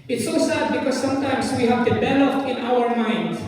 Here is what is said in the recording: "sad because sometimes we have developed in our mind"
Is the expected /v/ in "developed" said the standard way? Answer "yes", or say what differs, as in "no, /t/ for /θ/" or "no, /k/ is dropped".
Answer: no, /b/ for /v/